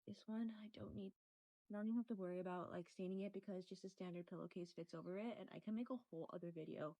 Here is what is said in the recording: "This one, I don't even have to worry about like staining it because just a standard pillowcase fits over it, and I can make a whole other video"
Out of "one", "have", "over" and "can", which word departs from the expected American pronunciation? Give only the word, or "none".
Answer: have